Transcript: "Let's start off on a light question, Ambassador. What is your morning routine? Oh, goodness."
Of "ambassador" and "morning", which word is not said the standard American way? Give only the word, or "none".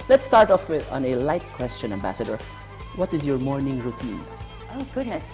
none